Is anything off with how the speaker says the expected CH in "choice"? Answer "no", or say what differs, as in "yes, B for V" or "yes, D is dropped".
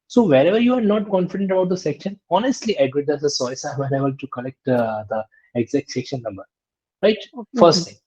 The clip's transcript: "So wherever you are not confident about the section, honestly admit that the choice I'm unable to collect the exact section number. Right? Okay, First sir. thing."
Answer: yes, S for CH